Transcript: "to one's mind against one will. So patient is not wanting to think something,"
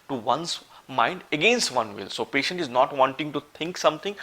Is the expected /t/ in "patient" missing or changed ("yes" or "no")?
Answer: no